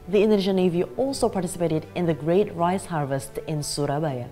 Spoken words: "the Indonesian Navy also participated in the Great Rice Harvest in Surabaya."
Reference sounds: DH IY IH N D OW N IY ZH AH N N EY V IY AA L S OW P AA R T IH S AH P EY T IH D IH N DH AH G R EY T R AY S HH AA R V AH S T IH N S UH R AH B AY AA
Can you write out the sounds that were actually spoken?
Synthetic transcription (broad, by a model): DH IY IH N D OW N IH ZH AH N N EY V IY AA L S OW P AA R T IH S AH P EY T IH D IH N DH AH G R EY T R AY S HH AA R V AH S T IH N S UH R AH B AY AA